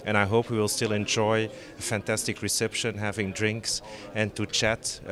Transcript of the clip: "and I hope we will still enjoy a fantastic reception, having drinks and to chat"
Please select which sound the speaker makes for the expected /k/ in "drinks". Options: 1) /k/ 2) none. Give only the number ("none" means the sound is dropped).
1